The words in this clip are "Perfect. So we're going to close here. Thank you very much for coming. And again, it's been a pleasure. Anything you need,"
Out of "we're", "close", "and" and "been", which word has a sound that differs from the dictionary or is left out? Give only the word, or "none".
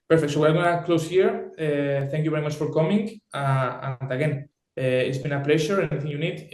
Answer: we're